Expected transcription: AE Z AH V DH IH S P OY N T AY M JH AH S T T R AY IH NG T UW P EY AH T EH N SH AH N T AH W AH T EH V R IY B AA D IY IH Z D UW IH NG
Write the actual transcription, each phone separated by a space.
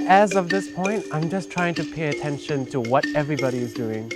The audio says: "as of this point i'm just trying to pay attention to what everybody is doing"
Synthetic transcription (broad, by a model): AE Z AH V DH IH S P OY N T AY M JH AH S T T R AY IH NG T UW P EY AH T EH N SH AH N T AH W AH T EH V R IY B AA D IY IH Z D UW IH NG